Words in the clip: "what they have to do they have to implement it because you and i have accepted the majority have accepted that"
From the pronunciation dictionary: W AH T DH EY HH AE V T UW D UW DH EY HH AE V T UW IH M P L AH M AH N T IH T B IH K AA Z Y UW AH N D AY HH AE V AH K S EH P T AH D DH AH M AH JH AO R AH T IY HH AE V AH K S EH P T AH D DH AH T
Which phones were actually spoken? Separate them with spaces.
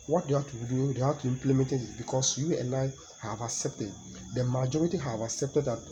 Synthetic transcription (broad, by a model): W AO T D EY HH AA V T UW D UW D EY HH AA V T UW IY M P L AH M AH N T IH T B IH K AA S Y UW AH N AY HH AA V AH K S EH P T AH D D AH M AH JH AO R AH T IY HH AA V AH K S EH P T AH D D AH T